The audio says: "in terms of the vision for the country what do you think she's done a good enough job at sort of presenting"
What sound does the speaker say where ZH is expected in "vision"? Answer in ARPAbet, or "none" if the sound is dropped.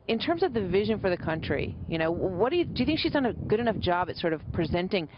ZH